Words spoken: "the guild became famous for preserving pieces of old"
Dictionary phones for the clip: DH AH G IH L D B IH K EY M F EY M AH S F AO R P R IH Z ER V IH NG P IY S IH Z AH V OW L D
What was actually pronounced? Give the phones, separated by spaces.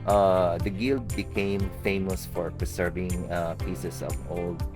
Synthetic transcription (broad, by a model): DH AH G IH L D B IH K EY M F EY M AH S F AO R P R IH S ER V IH NG P IY S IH S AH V OW L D